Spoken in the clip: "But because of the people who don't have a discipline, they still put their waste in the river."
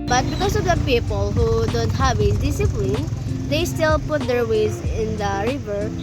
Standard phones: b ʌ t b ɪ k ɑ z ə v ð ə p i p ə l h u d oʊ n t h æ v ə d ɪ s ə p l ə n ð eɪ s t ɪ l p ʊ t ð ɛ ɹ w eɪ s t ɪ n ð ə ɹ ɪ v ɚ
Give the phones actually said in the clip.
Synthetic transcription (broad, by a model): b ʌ t b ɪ k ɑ s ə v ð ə p i p ə l h u d oʊ n t h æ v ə d ɪ s ə p l ə n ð eɪ s t ɪ l p ʊ t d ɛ ɹ w eɪ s ɪ n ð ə ɹ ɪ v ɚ